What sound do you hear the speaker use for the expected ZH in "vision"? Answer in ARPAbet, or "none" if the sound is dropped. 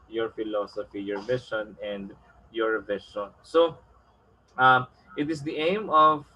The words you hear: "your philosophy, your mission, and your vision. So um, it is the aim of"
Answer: SH